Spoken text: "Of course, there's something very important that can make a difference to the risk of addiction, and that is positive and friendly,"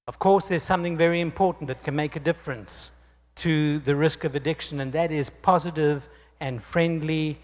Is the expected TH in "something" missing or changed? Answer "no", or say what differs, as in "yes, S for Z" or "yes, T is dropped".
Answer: no